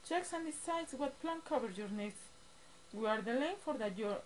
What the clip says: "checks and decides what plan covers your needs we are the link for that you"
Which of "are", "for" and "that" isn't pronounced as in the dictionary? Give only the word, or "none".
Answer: none